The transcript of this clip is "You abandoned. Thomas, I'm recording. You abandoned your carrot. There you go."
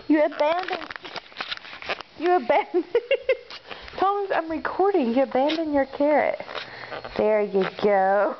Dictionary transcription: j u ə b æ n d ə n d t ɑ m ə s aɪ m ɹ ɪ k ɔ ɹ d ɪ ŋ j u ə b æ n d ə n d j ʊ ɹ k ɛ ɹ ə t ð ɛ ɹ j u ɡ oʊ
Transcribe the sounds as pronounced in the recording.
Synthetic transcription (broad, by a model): j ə b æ n d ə n d t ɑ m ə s aɪ m ɹ ɪ k ɔ ɹ d ɪ ŋ j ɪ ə b æ n d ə n j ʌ ɹ k ɛ ɹ ə t ð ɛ ɹ j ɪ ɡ oʊ